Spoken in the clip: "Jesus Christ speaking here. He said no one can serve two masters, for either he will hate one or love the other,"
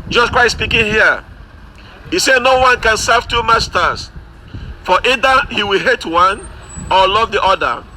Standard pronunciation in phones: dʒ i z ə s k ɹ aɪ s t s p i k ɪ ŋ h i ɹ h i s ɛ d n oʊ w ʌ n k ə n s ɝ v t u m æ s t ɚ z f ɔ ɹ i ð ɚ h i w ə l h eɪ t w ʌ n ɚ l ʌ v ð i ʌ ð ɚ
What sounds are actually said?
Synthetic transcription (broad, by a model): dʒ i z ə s k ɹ aɪ t s p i k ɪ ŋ h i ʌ h i s ɛ d n oʊ w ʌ n k ə n s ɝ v t u m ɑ s t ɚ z f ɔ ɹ i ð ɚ h i w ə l h eɪ t w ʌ n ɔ l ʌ v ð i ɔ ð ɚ